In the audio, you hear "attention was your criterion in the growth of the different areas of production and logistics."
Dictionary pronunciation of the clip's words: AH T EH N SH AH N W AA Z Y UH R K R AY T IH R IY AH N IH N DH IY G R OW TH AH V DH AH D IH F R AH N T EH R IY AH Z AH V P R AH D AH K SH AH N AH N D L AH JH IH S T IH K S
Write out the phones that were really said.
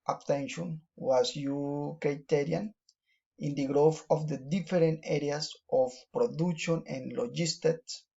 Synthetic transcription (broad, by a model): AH T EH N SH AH N W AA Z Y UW K R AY T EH R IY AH N IH N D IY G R OW F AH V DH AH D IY F R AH N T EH R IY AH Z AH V P R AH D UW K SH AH N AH N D L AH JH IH S T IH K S